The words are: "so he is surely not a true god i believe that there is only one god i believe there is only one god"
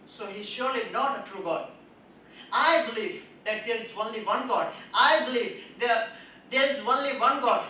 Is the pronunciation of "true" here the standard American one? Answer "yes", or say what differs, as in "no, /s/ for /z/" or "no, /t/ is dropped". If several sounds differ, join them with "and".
yes